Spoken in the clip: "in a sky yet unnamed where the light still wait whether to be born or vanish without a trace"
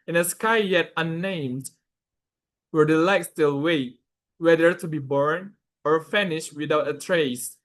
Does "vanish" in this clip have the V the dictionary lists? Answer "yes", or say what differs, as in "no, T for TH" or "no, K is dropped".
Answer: no, F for V